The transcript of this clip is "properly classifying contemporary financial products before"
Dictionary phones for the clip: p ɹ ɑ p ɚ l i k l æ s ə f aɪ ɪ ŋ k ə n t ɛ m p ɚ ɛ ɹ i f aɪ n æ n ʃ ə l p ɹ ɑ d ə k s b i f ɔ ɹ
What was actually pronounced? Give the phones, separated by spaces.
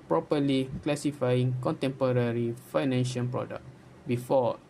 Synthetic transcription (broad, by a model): p ɹ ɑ p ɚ l i k l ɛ s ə f aɪ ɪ ŋ k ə n t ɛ m p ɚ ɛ ɹ i f aɪ n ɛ n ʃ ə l p ɹ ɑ d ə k b i f ɔ